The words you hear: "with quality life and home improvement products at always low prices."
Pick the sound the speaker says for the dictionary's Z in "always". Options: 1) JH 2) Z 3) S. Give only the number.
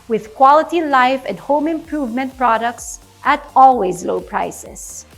2